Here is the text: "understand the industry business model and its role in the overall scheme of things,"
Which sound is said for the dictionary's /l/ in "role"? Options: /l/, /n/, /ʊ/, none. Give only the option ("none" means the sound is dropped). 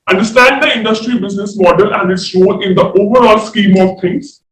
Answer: /n/